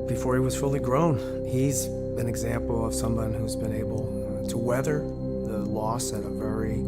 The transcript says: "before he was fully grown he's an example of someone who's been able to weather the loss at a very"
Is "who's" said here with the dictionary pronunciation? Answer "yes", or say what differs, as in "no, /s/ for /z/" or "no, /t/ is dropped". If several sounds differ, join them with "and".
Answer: yes